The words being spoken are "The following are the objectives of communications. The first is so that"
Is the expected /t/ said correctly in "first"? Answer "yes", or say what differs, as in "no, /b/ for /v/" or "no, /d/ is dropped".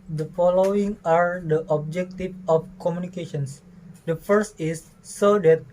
yes